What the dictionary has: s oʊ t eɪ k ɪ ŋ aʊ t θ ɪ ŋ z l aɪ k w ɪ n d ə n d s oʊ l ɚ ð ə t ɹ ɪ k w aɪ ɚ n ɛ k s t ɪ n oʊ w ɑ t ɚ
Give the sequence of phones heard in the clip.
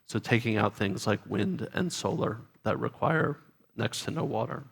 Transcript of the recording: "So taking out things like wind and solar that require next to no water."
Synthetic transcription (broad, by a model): s oʊ t eɪ k ɪ ŋ aʊ t θ ɪ ŋ z l aɪ k w ɪ n d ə n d s oʊ l ɚ ð ə t ɹ ɪ k w aɪ ɚ n ɛ k s t ɪ n oʊ w ɑ t ɚ